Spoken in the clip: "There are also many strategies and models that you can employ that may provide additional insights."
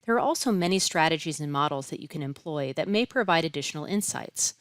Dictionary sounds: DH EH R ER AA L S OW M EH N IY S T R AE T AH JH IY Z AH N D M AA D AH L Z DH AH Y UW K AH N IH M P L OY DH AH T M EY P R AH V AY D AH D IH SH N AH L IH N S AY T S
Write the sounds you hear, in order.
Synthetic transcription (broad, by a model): DH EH R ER AA L S OW M EH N IY S T R AE T AH JH IY Z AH N M AA D L Z DH AH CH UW K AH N IH M P L OY DH AH T M EY P R AH V AY D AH D IH SH N L IH N S AY T S